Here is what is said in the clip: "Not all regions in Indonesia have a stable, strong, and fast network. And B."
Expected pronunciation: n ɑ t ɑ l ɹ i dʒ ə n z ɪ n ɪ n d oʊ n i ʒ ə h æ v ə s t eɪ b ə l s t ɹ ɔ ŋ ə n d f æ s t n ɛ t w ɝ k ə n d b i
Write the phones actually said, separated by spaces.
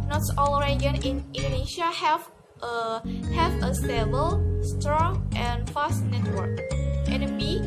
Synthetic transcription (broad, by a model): n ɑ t ɑ l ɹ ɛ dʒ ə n ɪ n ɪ n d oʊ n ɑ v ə h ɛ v ə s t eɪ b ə l s t ɹ ɔ ŋ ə n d f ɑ s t n ɛ t w ɝ k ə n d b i